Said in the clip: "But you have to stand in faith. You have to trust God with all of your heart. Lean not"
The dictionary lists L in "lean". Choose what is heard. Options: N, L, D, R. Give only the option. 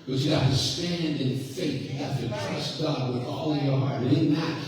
N